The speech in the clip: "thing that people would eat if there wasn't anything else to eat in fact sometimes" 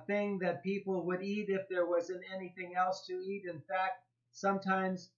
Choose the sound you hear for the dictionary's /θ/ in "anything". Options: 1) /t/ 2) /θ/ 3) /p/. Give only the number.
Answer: 2